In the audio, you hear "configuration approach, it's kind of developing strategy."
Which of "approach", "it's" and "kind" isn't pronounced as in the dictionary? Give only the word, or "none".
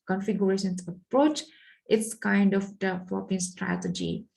none